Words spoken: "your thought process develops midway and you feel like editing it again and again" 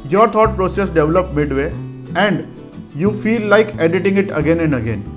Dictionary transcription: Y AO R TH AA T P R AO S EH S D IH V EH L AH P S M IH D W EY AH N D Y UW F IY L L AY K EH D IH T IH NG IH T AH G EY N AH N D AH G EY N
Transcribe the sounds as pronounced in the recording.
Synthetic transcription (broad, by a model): Y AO R T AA T P R AO S EH S D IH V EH L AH P M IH D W EY AH N D Y UW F IY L L AY K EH D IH T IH NG IH T AH G EY N AH N D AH G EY N